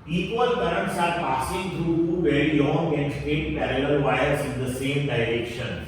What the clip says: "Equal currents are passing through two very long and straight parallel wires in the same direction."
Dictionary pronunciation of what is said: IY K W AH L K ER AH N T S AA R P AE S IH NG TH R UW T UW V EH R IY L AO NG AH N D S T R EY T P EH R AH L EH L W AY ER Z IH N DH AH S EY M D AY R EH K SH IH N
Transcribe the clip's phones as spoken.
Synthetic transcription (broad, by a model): IY K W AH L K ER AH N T S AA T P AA S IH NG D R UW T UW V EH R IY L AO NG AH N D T EY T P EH R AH L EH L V AY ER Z IH N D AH S EY M D AY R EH K SH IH N